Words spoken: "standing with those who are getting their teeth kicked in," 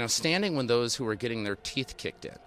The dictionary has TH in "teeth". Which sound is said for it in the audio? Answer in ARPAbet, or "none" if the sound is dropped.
TH